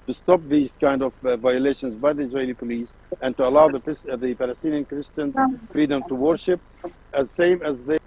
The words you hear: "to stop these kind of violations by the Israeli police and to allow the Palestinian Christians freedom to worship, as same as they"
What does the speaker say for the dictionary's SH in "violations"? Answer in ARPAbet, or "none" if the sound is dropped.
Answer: SH